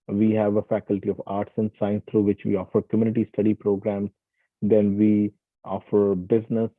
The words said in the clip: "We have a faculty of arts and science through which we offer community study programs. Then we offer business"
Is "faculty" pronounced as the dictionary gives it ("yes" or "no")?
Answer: yes